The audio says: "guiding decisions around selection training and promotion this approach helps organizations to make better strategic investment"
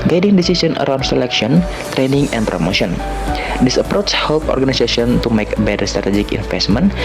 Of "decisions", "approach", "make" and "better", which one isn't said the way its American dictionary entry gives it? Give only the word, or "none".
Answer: decisions